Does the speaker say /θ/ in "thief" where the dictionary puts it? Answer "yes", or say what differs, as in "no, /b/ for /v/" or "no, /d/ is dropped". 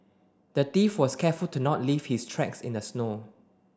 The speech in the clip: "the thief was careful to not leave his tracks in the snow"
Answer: no, /t/ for /θ/